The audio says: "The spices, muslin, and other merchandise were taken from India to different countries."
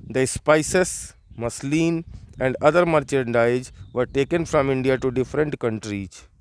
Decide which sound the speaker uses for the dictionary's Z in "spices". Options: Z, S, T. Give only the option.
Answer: S